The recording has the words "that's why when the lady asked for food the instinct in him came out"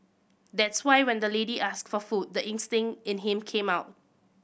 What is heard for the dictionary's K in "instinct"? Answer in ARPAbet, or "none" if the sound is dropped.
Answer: none